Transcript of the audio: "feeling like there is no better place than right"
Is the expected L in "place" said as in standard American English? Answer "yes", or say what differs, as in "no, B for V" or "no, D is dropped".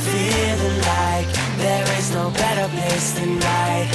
no, L is dropped